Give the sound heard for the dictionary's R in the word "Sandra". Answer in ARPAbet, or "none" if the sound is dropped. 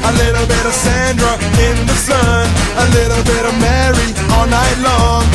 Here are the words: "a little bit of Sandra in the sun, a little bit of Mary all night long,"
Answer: R